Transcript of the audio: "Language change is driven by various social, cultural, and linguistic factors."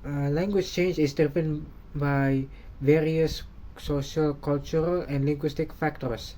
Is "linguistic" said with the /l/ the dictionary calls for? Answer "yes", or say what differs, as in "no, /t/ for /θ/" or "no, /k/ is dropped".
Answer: yes